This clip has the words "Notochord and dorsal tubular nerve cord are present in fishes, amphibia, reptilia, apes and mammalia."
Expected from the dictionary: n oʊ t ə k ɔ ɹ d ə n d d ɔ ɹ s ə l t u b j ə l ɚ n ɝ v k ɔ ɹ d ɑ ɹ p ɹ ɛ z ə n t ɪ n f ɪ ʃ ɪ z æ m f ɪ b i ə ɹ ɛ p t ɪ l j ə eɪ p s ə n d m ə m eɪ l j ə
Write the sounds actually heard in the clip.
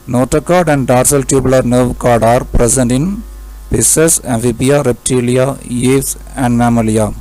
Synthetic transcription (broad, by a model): n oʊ t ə k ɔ ɹ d ə n d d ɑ ɹ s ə l t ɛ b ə l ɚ n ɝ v k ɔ ɹ d ɑ ɹ p ɹ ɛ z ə n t ɪ n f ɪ s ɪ s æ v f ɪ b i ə ɹ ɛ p t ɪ l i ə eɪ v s ə n d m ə m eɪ l j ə